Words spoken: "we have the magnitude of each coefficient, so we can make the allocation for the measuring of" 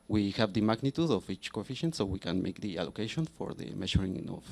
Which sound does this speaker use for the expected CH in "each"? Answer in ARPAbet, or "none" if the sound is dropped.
CH